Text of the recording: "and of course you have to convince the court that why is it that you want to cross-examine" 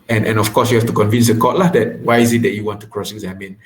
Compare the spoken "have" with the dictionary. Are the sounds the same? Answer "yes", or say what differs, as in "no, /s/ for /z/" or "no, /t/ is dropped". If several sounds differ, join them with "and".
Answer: no, /f/ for /v/